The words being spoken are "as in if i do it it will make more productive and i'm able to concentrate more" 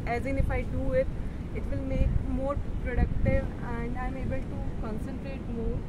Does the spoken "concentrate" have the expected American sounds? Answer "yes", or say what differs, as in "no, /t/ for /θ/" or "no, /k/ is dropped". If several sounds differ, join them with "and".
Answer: yes